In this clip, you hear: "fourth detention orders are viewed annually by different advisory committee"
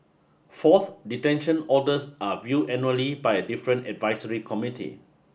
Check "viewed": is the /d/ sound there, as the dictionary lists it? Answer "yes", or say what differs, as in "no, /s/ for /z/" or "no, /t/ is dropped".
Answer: no, /d/ is dropped